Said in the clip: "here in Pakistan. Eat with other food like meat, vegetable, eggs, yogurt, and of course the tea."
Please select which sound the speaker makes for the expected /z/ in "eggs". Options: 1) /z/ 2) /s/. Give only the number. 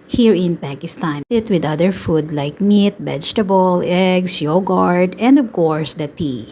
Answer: 2